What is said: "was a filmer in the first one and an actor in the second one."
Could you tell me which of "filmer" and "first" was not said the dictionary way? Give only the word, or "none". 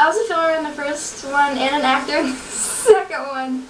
filmer